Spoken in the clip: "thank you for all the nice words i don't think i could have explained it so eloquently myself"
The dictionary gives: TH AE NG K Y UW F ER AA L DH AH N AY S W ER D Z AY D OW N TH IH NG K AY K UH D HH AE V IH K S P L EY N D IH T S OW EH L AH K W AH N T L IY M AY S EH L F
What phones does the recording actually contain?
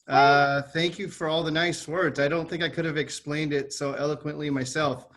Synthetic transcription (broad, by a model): TH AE NG K Y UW F ER AA L DH AH N AY S W ER D Z AY D OW N TH IH NG K AY K UH D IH V IH K S P L EY N D IH T S OW EH L AH K W AH N T L IY M AY S EH L F